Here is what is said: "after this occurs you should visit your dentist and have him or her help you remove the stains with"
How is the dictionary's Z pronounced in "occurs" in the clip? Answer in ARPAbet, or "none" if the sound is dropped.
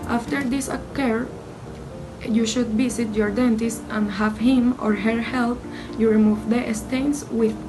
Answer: none